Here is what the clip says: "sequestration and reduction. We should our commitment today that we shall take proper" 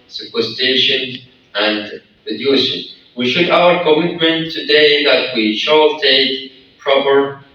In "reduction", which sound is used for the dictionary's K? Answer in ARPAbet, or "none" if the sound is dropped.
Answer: none